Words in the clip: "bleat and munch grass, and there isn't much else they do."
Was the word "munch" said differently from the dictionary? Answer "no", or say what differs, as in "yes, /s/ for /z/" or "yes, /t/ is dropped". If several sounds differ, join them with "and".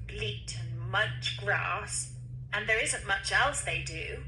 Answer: yes, /n/ is dropped